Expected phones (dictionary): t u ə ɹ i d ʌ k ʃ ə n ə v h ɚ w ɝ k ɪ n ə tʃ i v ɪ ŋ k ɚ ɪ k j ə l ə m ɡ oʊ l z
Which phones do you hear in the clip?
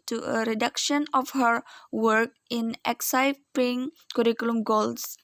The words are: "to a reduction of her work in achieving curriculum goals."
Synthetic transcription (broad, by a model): t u ə ɹ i d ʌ k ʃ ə n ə f h ɚ w ɝ k ɪ n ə s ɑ p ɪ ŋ k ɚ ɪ k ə l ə m ɡ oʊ l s